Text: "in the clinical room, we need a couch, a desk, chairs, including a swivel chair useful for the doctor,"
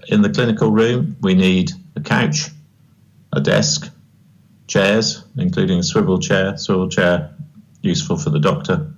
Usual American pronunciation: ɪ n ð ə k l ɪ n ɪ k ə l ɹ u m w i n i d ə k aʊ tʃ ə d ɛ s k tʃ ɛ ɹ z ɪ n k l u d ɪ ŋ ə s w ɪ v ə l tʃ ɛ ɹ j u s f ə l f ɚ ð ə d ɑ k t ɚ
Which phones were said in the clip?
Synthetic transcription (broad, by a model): ɪ n ð ə k l ɪ n ɪ k ə l ɹ u m w i n i d ə k aʊ tʃ ə d ɛ s k tʃ ɛ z ɪ n k l u d ɪ ŋ ə s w ɪ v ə l tʃ ɛ w j u s f ə l f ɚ ð ə d ɑ k t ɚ